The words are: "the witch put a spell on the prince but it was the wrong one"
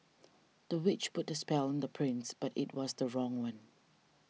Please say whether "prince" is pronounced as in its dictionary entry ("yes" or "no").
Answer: yes